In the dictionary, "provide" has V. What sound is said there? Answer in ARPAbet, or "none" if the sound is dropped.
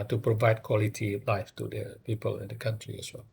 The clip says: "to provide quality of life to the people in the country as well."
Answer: V